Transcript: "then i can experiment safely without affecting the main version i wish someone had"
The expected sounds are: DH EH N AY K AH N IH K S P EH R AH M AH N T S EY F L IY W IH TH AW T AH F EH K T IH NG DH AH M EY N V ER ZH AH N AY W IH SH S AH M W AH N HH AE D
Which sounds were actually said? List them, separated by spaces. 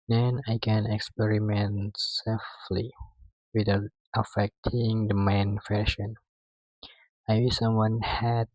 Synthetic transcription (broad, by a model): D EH N AY K AH N IH K S P EH R AH M AH N T S EY F L IY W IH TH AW T AH F EH K T IH NG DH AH M EY N F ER SH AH N AY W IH S AH M W AH N HH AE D